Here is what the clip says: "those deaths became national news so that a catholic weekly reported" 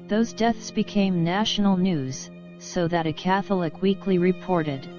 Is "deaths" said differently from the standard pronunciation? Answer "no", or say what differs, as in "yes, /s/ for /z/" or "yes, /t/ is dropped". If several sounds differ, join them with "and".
no